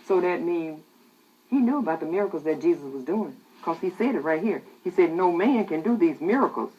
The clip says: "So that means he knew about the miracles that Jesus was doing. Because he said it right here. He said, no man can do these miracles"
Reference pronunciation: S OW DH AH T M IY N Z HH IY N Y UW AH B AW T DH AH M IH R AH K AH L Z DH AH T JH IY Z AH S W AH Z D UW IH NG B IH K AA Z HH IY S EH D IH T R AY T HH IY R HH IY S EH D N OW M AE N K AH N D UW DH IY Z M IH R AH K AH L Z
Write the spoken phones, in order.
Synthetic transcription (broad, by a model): S OW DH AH T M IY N HH IY N Y UW AH B AW T DH AH M IH R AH K L Z DH AH T JH IY Z AH S W AH Z D UW IH NG K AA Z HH IY S EH D IH T R AY T HH IY R HH IY S EH D N OW M AE N K AH N D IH DH IY Z M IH R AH K L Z